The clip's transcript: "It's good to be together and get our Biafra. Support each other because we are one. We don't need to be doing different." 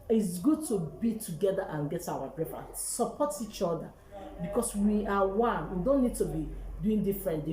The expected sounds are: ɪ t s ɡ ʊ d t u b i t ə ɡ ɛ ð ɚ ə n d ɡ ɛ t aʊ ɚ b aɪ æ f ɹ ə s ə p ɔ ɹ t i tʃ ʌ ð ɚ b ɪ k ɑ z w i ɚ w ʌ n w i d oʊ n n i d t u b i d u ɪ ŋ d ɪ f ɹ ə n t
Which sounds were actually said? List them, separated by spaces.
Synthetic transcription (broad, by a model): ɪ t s ɡ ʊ d t u b i t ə ɡ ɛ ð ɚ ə n ɡ ɛ t aʊ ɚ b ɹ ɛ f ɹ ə s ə p ɔ t i tʃ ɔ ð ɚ b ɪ k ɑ s w i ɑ w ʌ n w i d oʊ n n i d t u b i d u ɪ ŋ d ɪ f ɹ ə n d